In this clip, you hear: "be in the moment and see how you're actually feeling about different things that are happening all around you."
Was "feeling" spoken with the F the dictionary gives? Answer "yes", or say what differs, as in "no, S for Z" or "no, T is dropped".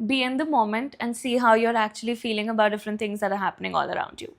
yes